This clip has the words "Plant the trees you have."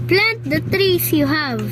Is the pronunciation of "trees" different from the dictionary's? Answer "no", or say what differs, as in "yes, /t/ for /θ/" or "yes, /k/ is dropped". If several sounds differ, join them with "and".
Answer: yes, /s/ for /z/